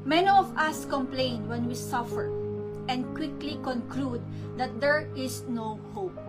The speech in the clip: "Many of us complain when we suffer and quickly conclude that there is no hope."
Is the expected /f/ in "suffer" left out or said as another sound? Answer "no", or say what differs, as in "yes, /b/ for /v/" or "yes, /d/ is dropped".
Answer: no